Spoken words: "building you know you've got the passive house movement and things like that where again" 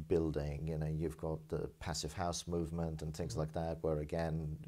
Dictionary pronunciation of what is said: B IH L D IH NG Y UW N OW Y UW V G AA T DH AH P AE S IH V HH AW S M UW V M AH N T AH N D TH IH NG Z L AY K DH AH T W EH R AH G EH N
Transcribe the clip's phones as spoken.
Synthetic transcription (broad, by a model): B IH L D IH NG Y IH N OW Y UW V G AA T DH AH P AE S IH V HH AW S M UW V M AH N T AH N TH IH NG Z L AY K DH AH T W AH R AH G EH N